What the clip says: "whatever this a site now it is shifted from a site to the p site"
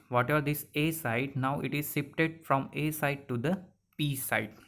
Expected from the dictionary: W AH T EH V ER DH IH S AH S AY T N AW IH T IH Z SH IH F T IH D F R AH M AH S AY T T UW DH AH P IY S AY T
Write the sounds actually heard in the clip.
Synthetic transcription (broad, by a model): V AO T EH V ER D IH S AH S AY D N AW IH T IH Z S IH P T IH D F R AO M AH S AY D T UW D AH P IY S AY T